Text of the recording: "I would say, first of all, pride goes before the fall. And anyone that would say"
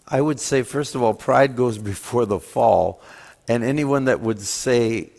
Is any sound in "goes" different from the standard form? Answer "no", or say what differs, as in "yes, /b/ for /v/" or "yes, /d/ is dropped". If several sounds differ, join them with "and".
no